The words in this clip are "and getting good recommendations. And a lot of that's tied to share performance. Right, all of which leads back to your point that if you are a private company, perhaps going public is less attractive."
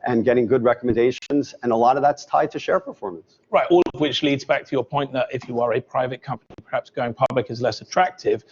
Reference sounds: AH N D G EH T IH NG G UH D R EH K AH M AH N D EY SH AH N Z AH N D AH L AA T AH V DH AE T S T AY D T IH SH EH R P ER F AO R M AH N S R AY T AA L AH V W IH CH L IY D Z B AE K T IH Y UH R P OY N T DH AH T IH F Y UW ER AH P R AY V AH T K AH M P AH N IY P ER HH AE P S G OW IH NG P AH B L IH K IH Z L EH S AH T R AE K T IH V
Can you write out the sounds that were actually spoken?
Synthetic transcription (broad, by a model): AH N G EH T IH NG G UH D R EH K AH M AH N D EY SH AH N Z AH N AH L AA T AH V DH AE T S T AY D T IH SH EH R P ER F AO R M AH N S R AY T AA L AH V W IH CH L IY D Z B AE K T IH Y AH R P OY N DH AH T IH F Y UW ER AH P R AY V AH T K AH M P AH N IY P ER HH AE P S G OW IH NG P AH B L IH K IH Z L EH S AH T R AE K T IH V